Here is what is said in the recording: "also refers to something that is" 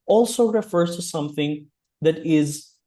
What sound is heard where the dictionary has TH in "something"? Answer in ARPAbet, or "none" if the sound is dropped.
TH